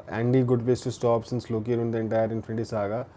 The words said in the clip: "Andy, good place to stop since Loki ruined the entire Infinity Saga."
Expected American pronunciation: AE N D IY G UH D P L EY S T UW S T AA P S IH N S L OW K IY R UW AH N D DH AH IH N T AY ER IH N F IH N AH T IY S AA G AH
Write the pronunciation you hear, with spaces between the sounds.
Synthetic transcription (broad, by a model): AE N D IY G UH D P EY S T UW S T AA P S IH N S L OW K IY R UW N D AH N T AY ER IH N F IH N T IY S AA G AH